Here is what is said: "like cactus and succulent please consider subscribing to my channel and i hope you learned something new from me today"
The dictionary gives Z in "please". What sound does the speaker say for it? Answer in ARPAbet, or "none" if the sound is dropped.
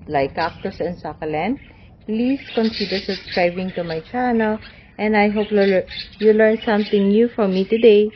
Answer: S